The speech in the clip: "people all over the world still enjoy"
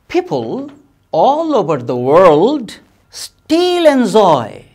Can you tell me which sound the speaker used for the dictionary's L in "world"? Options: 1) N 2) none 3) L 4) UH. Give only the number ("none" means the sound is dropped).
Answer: 3